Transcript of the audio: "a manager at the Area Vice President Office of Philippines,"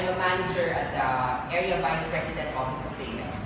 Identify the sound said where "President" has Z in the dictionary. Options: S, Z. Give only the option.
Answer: S